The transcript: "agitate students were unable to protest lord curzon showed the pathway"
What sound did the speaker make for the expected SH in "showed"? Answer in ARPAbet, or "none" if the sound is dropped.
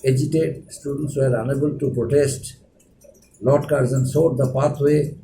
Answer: S